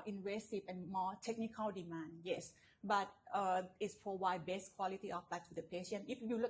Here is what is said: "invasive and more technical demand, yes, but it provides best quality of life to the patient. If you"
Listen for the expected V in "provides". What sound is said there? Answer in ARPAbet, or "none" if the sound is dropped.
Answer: W